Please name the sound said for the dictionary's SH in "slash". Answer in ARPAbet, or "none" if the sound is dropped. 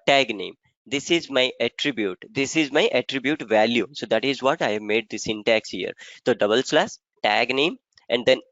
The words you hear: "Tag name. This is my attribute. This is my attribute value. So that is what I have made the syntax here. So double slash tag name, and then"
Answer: S